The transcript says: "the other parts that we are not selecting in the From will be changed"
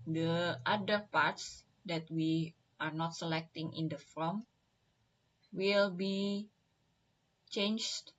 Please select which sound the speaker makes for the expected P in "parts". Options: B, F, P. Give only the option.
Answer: P